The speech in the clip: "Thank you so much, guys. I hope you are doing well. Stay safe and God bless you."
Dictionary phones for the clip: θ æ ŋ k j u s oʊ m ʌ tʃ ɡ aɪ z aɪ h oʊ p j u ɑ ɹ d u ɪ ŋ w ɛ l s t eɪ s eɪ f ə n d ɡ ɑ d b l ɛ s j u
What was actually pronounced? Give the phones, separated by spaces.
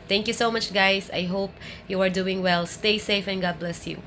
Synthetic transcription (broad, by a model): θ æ ŋ k j u s oʊ m ʌ tʃ ɡ aɪ s aɪ h oʊ p j u ɑ ɹ d u ɪ ŋ w ɛ l s t eɪ s eɪ f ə n ɡ ɑ d b l ɛ s j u